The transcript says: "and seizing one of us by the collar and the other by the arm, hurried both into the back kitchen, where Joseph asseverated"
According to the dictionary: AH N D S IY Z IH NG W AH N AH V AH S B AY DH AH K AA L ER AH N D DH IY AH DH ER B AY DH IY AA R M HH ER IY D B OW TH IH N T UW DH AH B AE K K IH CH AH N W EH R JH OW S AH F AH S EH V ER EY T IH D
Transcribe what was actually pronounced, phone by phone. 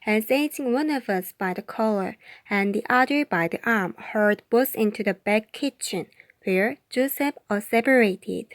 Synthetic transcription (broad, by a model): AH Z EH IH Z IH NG W AH N AH V AH S B AY DH AH K AA L ER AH N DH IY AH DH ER B AY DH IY AA R M HH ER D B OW S IH N T UW DH AH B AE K K IH CH AH N W EH R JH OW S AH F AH S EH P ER EY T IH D